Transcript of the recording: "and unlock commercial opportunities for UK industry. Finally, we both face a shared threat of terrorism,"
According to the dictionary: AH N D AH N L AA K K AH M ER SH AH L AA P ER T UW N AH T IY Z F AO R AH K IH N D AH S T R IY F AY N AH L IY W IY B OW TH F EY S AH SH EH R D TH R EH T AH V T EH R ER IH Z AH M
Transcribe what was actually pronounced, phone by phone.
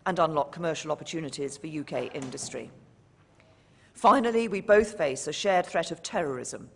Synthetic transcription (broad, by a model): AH N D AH N L AA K K AH M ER SH AH L AA P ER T UW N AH T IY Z F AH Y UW K IH N D AH S T R IY F AY N AH L IY W IY B OW TH F EY S AH SH EH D TH R EH T AH V T EH R ER IH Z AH M